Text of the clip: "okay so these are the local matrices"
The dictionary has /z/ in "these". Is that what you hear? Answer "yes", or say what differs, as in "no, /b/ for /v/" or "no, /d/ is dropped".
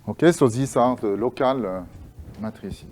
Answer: no, /s/ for /z/